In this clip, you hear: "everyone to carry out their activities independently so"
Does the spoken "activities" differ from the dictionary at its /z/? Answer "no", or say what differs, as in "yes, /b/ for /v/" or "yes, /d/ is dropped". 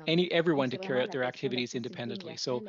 no